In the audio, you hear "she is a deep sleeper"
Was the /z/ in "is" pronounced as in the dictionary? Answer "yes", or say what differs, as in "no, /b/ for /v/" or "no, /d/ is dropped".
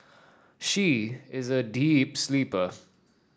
yes